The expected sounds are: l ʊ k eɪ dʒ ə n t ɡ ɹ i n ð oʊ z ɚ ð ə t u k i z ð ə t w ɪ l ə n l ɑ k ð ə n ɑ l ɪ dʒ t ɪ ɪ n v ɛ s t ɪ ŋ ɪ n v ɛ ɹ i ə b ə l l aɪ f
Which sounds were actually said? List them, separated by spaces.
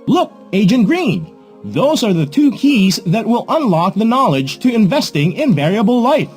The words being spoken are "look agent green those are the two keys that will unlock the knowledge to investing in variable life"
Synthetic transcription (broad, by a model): l ʊ k eɪ dʒ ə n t ɡ ɹ i n ð oʊ z ɚ ð ə t u k i z ð ə t w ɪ l ə n l ɑ k ð ə n ɑ l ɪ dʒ t ɪ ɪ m v ɛ s t ɪ ŋ ɪ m v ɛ ɹ i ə b l l aɪ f